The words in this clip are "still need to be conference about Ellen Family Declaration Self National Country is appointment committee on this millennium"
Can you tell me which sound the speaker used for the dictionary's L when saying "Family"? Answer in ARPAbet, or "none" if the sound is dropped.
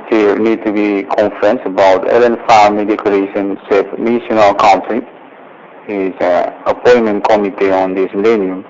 none